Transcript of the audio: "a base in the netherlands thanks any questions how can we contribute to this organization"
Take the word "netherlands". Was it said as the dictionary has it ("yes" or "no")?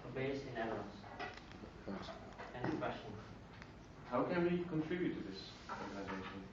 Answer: no